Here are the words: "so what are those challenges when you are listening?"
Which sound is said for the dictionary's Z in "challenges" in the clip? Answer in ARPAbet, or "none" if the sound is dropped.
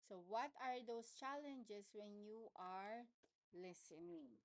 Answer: S